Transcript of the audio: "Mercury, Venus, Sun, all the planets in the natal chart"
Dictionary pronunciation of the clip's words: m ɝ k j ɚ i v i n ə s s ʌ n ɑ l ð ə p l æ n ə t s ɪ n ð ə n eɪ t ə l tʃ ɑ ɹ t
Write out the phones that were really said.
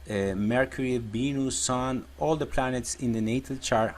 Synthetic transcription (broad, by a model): m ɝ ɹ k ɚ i b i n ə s s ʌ n ɑ l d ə p l æ n ə t s ɪ n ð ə n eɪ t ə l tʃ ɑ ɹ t